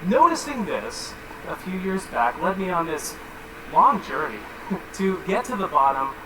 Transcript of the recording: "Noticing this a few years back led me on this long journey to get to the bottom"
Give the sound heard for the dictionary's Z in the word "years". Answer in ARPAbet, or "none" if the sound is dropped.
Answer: Z